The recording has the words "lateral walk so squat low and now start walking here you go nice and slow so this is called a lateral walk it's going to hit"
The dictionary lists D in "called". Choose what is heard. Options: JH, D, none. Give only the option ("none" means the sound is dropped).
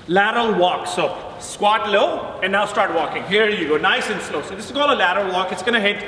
none